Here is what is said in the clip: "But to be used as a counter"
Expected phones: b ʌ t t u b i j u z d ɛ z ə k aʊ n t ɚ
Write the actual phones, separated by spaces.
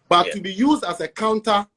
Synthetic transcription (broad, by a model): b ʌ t t u b i j u z d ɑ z ə k aʊ n t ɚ